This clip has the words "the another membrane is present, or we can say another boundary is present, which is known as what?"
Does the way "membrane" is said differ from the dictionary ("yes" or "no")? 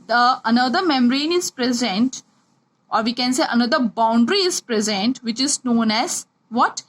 yes